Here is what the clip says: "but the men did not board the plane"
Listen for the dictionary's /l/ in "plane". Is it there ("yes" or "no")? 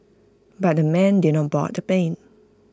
no